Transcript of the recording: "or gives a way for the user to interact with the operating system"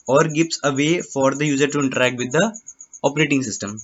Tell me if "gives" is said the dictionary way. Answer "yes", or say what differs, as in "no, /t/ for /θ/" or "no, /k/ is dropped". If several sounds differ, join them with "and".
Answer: no, /s/ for /z/